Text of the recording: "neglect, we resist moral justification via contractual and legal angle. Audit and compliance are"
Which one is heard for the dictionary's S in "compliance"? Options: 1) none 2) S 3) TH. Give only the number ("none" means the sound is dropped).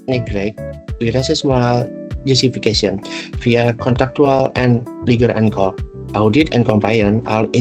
1